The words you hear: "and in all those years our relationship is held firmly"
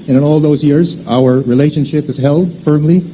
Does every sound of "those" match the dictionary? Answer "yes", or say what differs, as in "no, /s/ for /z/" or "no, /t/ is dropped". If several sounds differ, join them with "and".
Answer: yes